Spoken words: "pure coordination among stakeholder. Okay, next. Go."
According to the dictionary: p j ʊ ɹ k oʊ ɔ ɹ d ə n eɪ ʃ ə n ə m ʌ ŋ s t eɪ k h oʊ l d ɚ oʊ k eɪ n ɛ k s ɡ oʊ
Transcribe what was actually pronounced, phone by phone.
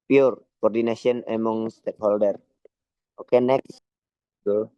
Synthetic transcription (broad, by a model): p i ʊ ɹ k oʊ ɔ ɹ d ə n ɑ s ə n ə m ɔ ŋ s t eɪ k h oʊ l d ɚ oʊ k eɪ n ɛ k s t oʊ